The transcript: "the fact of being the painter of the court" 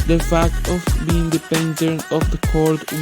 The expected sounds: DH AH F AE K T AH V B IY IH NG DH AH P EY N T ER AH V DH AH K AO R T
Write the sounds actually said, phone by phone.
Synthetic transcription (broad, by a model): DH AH F AE K T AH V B IY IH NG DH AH P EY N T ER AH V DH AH K AO R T